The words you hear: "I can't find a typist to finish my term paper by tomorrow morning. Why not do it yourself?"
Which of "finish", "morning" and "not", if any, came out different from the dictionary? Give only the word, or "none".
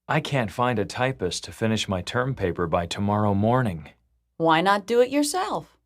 none